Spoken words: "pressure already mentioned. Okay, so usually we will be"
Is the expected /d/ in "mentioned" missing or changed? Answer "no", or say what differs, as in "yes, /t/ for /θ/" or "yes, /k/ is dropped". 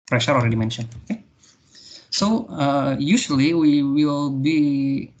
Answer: yes, /d/ is dropped